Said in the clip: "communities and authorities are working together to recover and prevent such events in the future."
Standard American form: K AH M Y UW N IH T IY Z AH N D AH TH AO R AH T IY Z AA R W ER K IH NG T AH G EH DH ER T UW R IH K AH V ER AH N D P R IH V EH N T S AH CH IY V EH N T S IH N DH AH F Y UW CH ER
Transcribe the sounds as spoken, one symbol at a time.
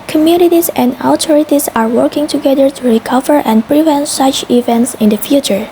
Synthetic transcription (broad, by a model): K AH M Y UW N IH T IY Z AH N D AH T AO R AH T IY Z AA R W ER K IH NG T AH G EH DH ER T UW R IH K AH V ER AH N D P R IH V EH N T S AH CH IY V EH N T S IH N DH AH F Y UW CH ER